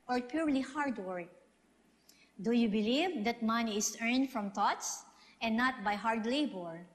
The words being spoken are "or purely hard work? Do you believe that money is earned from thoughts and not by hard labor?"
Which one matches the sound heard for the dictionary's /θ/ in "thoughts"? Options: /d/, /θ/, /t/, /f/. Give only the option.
/t/